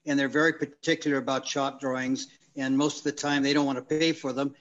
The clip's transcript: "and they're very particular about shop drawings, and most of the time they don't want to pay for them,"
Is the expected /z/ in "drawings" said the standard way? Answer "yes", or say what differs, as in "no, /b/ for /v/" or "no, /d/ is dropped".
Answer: yes